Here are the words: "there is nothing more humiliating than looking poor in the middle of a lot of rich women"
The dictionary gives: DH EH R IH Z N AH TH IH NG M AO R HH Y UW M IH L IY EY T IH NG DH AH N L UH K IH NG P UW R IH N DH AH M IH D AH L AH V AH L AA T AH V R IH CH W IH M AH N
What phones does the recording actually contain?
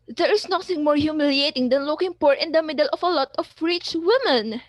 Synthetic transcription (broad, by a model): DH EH R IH S N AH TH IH NG M AO R HH Y UW M IH L IY EY T IH NG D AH N L UH K IH NG P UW R IH N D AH M IH D AH L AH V AH L AA T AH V R IH CH W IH M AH N